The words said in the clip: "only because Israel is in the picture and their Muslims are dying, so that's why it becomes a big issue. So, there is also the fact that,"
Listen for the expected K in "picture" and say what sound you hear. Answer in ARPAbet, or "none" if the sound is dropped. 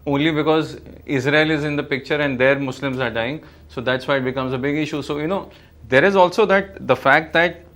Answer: K